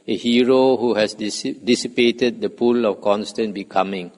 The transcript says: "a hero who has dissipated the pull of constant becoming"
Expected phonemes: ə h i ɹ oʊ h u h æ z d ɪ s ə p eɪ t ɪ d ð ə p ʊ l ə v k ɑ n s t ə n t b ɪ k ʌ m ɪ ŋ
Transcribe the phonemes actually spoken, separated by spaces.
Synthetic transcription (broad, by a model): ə h i ɹ oʊ h u h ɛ s d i s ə p eɪ t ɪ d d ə p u l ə f k ɑ n s t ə n b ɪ k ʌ m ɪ ŋ